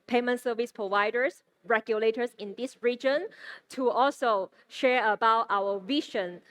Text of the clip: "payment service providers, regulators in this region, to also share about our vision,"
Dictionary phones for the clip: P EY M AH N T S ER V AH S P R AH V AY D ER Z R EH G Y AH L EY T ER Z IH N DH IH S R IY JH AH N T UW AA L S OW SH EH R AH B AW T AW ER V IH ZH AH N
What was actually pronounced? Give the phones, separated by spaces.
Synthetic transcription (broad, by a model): P EY M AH N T S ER V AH S P R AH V AY D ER S R EH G Y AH L EY T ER S IH N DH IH S R IY JH AH N T UW AA L S OW SH EH R AH B AW T AW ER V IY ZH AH N